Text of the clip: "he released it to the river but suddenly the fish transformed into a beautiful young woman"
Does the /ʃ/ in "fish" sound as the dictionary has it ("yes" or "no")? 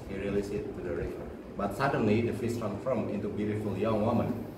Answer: no